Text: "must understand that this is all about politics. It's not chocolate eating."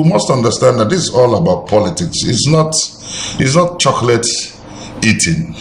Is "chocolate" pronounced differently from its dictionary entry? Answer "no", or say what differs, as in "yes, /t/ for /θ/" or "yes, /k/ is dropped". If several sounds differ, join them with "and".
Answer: no